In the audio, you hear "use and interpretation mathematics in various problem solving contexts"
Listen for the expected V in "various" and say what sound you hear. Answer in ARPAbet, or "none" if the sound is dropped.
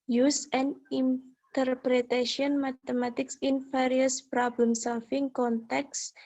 F